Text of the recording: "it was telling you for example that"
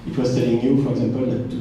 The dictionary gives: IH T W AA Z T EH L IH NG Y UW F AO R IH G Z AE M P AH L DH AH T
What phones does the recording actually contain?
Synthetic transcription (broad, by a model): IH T W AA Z S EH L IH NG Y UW F AO R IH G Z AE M P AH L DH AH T